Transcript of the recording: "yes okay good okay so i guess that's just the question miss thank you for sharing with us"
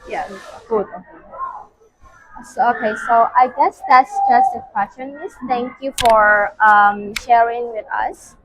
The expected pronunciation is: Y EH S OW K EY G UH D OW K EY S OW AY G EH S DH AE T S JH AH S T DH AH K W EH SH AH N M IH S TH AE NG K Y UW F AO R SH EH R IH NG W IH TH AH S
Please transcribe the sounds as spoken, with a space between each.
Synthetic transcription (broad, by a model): Y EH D OW K EY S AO OW K EY S OW AY G EH S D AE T S JH AH S T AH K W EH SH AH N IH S T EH NG K Y UW F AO R SH EH R IH NG W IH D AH S